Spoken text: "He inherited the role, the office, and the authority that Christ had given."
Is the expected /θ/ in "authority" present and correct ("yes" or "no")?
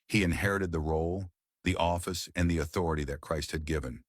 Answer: yes